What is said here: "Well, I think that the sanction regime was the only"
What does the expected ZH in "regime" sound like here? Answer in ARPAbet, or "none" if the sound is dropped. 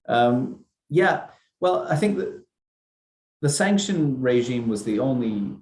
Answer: ZH